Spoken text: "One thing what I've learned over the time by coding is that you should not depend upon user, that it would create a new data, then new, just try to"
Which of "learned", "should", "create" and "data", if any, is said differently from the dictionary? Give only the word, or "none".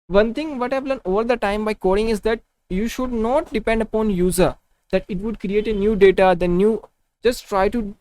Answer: learned